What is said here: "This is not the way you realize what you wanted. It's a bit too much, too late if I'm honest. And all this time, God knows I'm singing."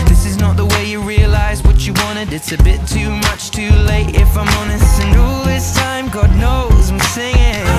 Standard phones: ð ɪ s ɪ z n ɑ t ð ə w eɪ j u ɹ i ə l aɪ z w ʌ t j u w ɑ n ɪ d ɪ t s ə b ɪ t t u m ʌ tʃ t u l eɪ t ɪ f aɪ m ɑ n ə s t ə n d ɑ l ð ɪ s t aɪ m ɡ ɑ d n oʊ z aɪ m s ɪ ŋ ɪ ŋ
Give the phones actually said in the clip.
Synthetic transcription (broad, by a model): ð ɪ s ɪ z n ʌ t ð ə w eɪ j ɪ ɹ i ə l aɪ z w ʌ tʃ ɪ w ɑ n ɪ d ɪ t s ə b ɪ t t u m ʌ tʃ t u l eɪ t ɪ f aɪ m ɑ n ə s ə n d ɑ l ð ɪ s t aɪ m ɡ ɑ d n oʊ z aɪ m s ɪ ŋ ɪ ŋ